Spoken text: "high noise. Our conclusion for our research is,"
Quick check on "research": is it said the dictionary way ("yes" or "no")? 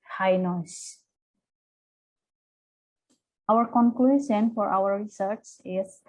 no